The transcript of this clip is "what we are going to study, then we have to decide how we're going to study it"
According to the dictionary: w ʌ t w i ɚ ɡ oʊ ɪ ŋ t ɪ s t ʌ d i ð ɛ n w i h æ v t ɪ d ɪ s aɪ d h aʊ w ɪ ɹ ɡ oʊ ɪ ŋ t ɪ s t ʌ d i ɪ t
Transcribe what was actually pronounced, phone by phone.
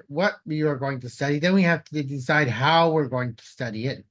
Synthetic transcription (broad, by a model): w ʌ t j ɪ ɚ ɡ oʊ ɪ ŋ t ɪ s t ʌ d i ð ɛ n w i h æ f t ɪ d ɪ s aɪ d h aʊ w ɪ ɹ ɡ oʊ ɪ ŋ t ɪ s t ʌ d i ɪ t